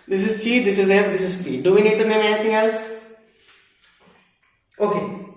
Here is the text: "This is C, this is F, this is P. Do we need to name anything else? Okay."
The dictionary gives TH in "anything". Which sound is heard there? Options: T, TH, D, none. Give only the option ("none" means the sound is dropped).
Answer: T